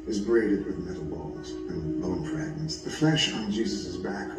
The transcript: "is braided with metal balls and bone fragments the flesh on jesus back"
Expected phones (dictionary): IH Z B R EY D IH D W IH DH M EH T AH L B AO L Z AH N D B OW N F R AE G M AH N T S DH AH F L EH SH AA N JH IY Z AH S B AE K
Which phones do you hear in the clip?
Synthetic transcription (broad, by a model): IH Z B R EY D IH D W IH DH M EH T L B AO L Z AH N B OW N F AH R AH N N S DH AH F L EH SH N JH IY Z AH S B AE K